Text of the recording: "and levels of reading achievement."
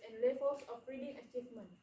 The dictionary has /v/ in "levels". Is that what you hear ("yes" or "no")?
no